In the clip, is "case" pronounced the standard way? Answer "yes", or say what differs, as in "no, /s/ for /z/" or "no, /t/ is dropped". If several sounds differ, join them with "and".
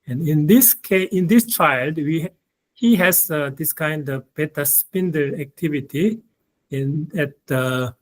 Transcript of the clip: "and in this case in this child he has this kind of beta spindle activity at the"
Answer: no, /s/ is dropped